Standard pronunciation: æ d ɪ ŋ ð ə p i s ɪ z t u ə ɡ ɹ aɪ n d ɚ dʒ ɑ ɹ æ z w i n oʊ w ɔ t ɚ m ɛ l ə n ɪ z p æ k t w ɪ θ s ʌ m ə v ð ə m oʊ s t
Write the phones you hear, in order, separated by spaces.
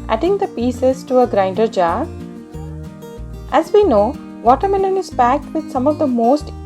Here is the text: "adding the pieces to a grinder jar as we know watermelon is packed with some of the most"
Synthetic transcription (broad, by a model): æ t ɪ ŋ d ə p i s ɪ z t u ə ɡ ɹ aɪ n d ɚ dʒ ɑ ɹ æ z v i n oʊ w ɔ t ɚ m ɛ n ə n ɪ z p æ k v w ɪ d s ʌ m ə v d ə m oʊ s t